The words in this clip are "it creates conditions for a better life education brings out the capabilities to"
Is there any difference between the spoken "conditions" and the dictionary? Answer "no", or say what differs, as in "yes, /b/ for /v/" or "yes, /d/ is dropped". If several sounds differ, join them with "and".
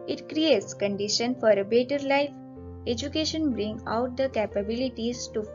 yes, /z/ is dropped